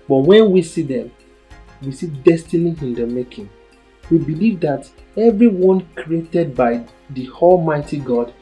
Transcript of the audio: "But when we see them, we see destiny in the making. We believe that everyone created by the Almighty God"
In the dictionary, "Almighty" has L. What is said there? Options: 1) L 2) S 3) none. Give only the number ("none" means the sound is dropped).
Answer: 1